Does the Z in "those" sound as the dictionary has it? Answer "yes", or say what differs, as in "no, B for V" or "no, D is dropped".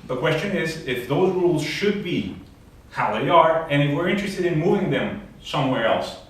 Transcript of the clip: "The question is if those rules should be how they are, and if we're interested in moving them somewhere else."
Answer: yes